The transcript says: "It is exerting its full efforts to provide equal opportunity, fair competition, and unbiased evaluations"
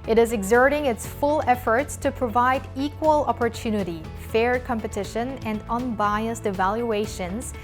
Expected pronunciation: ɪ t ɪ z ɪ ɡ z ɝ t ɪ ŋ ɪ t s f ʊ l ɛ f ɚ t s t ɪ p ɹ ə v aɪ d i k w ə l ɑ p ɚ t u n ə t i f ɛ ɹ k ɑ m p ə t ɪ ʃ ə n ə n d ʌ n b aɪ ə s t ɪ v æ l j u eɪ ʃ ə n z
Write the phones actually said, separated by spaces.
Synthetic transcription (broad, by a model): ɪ t ɪ z ɪ ɡ z ɝ t ɪ ŋ ɪ t s f ʊ l ɛ f ɚ t s t ɪ p ɹ ə v aɪ d i k w ə l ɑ p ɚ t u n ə t i f ɛ ɹ k ɑ m p ə t ɪ ʃ ə n ə n d ʌ n b aɪ ə s t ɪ v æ l j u eɪ ʃ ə n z